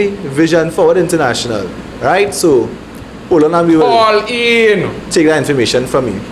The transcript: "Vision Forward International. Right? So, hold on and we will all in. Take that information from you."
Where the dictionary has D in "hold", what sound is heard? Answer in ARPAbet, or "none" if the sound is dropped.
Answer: none